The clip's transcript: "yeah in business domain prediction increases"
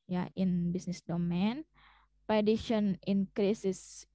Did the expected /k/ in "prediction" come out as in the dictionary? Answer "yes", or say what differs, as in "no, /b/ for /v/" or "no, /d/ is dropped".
no, /k/ is dropped